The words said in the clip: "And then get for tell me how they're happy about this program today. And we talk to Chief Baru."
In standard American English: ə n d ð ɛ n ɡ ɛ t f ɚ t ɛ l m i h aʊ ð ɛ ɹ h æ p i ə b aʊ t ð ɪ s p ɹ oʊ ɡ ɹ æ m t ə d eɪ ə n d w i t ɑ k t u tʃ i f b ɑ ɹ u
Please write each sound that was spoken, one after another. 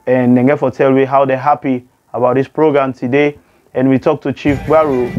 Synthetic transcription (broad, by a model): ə n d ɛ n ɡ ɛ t f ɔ t ɛ l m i h aʊ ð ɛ h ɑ p i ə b aʊ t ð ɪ s p ɹ oʊ ɡ ɹ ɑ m t ə d eɪ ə n w i t ɑ k t u tʃ i f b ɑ ɹ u